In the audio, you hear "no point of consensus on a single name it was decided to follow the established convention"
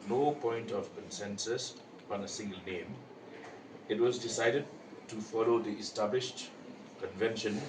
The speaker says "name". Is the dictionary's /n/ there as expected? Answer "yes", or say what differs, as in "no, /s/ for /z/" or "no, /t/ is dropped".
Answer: yes